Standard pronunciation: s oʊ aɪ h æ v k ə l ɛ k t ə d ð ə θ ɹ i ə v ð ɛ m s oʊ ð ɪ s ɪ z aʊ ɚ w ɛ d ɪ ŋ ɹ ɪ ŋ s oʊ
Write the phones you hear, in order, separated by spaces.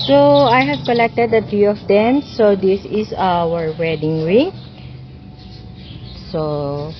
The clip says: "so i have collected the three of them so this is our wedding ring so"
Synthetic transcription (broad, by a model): s oʊ aɪ h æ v k ə l ɛ k t ə d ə t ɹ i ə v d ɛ m s oʊ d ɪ s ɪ s aʊ ɚ w ɛ d ɪ ŋ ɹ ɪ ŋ s oʊ